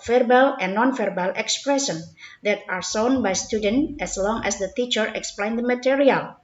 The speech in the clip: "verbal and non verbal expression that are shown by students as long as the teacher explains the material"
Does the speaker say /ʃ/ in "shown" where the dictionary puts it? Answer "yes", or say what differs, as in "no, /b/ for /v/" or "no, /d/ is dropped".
no, /s/ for /ʃ/